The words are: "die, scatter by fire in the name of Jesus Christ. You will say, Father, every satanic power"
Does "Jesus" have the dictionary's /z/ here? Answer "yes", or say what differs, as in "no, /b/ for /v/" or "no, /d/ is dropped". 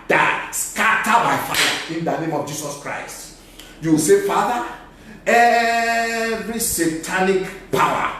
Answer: no, /s/ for /z/